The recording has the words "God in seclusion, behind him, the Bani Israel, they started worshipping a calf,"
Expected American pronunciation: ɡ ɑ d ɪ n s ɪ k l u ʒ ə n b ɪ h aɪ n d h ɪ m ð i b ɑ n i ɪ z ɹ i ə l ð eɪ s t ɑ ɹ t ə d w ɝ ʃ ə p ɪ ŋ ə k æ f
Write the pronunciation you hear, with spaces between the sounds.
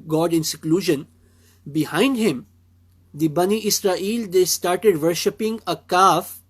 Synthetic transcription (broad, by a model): ɡ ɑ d ɪ n s ɪ k l u ʒ ə n b ɪ h aɪ n d h ɪ m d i b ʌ n i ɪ s ɹ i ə l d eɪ s t ɑ ɹ t ə d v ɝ ʃ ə p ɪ ŋ ə k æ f